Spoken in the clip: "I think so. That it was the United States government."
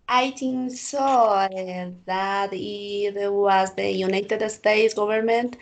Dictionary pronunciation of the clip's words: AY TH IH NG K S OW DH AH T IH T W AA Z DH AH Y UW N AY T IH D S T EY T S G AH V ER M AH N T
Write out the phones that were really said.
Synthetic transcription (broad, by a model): AY T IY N S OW DH AH T IH T W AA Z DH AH Y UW N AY T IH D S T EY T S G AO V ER M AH N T